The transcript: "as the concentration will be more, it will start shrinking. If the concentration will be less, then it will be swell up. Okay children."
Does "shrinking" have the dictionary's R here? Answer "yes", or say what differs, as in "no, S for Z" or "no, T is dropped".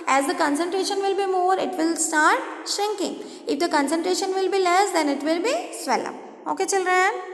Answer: yes